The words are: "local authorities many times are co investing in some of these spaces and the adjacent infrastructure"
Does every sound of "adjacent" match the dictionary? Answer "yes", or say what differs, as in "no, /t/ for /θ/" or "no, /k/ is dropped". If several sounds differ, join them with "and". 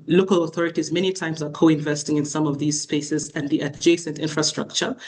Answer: yes